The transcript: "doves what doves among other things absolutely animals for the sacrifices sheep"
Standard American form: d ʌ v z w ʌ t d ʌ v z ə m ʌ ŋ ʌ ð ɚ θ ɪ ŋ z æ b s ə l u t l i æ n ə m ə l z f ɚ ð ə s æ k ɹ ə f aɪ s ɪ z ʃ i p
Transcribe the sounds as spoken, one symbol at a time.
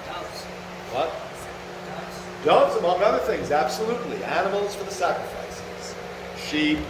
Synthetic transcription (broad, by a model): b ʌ ʌ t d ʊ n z ə m ʌ ŋ ʌ ð ɚ θ ɪ ŋ z æ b s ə l u t l i æ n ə m l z f ɚ ð ə s æ k ɹ ə f aɪ s ɪ z ʃ i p